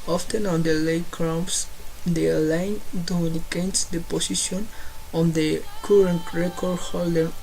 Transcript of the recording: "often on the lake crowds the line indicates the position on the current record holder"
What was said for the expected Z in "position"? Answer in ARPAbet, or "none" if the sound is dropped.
S